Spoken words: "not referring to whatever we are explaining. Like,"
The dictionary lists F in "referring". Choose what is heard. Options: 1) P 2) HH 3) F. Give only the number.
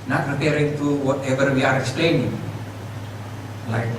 1